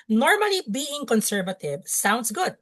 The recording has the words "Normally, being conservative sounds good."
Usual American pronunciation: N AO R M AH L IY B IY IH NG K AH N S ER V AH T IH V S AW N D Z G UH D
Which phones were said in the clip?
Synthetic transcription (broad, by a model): N AO R M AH L IY B IY IH NG K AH N S ER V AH T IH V S AW N D S G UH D